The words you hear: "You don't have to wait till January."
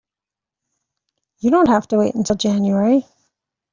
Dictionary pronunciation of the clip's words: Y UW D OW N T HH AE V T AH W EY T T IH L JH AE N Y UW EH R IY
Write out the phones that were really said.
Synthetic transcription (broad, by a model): Y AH D OW N T HH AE F T AH W EY T T IH L JH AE N Y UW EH R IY